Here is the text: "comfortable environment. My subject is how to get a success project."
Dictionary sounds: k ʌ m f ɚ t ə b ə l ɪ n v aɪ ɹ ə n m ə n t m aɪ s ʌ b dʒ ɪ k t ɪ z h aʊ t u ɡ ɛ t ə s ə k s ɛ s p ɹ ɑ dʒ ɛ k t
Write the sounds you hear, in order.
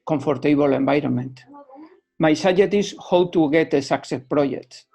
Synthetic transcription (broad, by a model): k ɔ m f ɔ t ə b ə l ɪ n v aɪ ɹ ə n m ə n t m aɪ s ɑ dʒ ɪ t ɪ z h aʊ t u ɡ ɛ t ə s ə k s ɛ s p ɹ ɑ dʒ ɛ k t